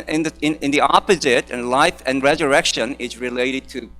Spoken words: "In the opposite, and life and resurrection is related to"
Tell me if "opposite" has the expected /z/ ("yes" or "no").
yes